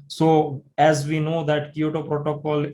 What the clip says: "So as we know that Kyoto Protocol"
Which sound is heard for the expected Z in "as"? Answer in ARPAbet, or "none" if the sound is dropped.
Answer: Z